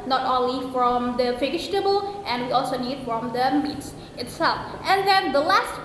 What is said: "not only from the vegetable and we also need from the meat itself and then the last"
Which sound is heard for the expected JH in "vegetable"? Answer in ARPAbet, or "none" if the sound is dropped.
SH